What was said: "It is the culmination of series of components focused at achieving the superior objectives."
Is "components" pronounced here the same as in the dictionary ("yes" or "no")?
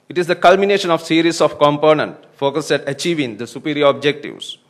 no